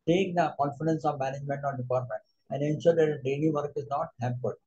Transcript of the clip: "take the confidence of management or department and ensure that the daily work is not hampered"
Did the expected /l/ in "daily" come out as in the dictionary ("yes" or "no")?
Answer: no